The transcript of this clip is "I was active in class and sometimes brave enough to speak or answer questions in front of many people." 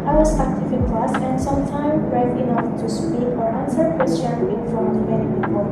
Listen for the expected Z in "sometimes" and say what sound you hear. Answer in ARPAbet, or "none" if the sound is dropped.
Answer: none